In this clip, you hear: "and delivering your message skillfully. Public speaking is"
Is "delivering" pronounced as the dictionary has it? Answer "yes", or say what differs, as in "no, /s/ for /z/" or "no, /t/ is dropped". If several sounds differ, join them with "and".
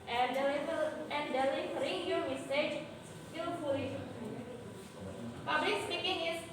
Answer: no, /f/ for /v/